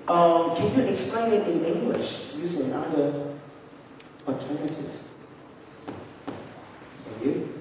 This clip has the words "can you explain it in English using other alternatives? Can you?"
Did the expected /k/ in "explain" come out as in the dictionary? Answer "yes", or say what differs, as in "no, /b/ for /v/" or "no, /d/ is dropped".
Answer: yes